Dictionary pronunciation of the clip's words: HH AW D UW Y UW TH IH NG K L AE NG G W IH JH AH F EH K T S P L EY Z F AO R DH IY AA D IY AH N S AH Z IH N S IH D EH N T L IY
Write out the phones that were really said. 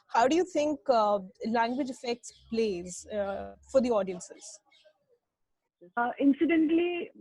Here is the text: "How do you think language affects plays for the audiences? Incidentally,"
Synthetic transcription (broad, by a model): HH AW D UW Y UW T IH NG K L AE NG G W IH JH AH F EH K T S P L EY Z F AO R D IY AA D IY AH N S AH Z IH N S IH D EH N T L IY